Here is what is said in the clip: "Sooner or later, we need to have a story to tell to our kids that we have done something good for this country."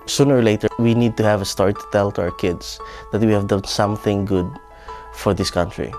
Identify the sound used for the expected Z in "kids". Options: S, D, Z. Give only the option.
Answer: S